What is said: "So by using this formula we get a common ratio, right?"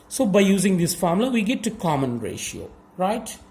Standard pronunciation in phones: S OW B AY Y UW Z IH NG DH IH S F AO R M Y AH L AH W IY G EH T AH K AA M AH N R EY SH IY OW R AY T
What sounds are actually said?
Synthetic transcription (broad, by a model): S OW B AY Y UW Z IH NG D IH S F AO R M L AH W IY G EH T AH K AA M AH N R EY SH IY OW R AY T